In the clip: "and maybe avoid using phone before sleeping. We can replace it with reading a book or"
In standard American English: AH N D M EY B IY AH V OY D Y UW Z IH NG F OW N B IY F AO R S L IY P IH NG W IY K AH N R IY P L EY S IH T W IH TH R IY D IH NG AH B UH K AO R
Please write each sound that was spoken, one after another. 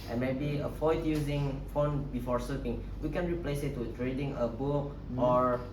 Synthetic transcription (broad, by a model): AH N M EY B IY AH F OY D Y UW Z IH NG F OW N B IY F AO R S AH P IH NG W IY K AH N R IY P L EY S IH T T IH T R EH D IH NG AH B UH AO R